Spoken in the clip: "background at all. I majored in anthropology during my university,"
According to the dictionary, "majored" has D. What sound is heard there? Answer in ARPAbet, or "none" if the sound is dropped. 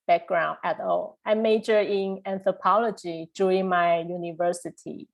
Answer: none